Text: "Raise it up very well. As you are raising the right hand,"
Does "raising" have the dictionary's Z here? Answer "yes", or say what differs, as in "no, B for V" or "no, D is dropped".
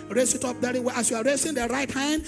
no, S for Z